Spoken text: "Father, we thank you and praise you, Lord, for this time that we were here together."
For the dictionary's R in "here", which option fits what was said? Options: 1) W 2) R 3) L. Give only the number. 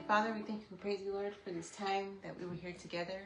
2